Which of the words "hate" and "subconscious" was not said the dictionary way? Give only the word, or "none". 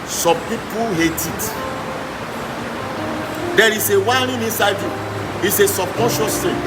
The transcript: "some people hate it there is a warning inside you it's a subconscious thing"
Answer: subconscious